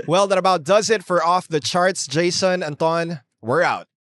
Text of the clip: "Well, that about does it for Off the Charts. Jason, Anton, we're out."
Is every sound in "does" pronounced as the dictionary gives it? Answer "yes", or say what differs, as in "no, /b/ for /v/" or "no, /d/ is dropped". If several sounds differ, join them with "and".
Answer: yes